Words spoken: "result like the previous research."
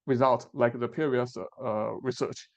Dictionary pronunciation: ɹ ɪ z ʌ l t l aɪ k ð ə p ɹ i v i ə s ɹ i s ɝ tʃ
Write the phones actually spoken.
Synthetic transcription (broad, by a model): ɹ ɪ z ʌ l t l aɪ k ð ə p i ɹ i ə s ɹ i s ɝ tʃ